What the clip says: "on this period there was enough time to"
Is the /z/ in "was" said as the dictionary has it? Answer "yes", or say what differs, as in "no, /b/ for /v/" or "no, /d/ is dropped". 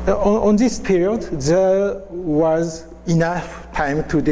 yes